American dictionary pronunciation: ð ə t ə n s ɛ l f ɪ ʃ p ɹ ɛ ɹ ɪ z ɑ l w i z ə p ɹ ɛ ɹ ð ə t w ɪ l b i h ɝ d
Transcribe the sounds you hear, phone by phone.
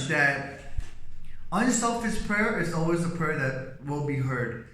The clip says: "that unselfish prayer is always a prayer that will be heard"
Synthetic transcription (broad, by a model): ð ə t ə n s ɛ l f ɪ s p ɹ ɛ ɹ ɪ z ɑ l w i z ə p ɹ ɛ ɹ ð ə t w ɪ l b i h ɝ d